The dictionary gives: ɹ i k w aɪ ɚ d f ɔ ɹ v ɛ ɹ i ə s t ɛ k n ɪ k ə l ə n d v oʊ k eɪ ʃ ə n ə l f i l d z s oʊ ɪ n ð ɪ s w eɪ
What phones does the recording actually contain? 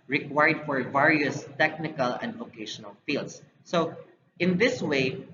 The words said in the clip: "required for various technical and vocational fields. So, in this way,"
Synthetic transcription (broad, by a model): ɹ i k w aɪ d f ɔ ɹ v ɛ ɹ i ə s t ɛ k n ɪ k ə l ə n d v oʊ k eɪ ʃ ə n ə l f i l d s oʊ ɪ n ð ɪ s w eɪ